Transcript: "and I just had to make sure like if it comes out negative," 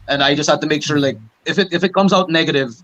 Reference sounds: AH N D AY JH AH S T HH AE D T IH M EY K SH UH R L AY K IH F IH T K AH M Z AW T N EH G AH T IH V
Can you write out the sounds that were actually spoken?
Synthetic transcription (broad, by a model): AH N AY JH AH S T HH AE D T IH M EY K SH UH R L AY K IH F IH T K AH M Z AW T N EH G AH T IH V